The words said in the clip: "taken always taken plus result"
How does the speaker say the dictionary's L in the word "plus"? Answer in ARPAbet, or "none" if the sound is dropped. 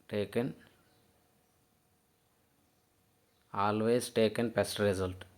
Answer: none